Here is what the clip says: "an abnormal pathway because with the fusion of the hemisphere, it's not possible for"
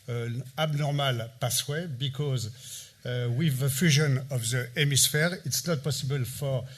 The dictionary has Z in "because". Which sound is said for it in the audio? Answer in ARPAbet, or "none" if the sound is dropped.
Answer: Z